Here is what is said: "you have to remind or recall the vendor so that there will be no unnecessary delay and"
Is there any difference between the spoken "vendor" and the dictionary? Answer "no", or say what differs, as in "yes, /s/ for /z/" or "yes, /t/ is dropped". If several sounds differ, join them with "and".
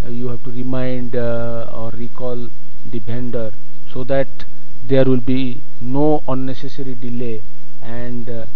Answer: yes, /b/ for /v/